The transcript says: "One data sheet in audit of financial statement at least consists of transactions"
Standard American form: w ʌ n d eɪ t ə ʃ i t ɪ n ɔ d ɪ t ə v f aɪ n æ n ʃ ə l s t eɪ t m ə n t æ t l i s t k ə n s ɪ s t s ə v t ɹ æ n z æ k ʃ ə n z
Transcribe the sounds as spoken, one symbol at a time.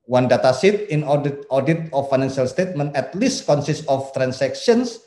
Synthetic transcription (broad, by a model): w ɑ n d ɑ t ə s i t ɪ n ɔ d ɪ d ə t f aɪ n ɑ n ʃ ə l s t eɪ t m ə n t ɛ t l i s t k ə n s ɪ s t ə f t ɹ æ n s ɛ k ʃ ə n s